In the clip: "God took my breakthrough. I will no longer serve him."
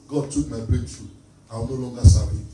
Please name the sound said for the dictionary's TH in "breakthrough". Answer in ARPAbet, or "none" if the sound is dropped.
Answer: F